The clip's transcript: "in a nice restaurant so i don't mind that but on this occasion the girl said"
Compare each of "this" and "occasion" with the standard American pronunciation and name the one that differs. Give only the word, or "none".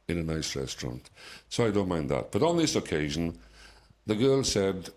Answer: none